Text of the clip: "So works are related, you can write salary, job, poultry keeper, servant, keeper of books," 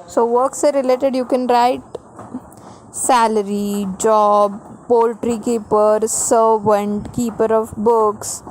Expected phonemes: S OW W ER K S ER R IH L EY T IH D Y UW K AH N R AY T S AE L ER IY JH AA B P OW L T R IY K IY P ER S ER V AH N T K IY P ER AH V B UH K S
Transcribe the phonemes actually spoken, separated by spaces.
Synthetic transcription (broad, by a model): S OW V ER K S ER R IH L EY T IH D Y UW K AH N R AY T S AE L ER IY JH AA B P OW L T R IY K IY P ER S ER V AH N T K IY P ER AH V B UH K S